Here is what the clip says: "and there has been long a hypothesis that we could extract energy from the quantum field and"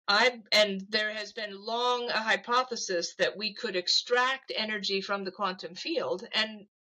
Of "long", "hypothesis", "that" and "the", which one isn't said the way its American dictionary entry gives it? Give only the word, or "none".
none